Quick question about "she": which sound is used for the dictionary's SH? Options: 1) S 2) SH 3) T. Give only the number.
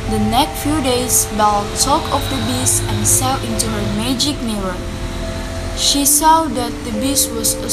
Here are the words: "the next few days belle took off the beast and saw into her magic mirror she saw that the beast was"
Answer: 2